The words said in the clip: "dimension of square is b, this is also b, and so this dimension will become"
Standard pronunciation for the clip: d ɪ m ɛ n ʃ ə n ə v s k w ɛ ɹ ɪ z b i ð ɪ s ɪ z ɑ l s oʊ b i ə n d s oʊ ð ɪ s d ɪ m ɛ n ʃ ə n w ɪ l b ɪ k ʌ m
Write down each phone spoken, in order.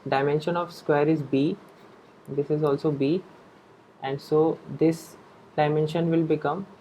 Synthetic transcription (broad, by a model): d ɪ m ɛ n ʃ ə n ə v s k w ɛ ɹ ɪ z b i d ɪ s ɪ z ɑ l s oʊ b i ə n d s oʊ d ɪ s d ɪ m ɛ n ʃ ə n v ɪ l b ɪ k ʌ m